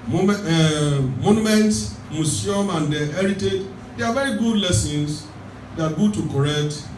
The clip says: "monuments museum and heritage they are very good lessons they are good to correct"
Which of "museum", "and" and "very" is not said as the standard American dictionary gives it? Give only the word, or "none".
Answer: museum